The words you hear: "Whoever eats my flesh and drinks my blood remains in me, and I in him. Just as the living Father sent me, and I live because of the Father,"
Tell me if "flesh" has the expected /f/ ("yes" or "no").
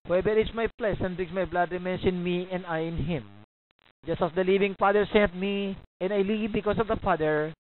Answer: no